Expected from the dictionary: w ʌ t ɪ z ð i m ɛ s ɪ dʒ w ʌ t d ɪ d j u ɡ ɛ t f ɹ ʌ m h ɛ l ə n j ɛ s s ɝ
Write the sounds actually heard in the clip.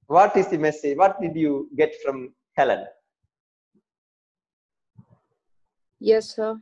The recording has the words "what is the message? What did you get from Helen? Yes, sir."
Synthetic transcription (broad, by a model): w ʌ t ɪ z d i m ɛ s ɪ dʒ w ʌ t d ɪ d j u ɡ ɛ t f ɹ ʌ m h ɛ l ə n j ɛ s s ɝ